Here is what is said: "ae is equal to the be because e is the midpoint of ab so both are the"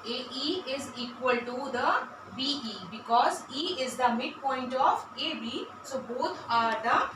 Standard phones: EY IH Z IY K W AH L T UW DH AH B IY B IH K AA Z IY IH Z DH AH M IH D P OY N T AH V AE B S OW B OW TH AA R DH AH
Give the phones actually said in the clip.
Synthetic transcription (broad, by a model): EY IH Z IY K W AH L T UW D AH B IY B IH K AA Z IY IH Z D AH M IH D P OY N T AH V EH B S OW B OW T AA R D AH